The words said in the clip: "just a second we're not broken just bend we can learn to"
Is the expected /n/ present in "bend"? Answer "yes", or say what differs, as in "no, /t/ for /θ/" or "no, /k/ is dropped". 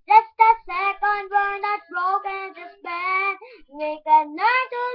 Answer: no, /n/ is dropped